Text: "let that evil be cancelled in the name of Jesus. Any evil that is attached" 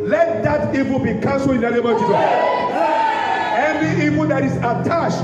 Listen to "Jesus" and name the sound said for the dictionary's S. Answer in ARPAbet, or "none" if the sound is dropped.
none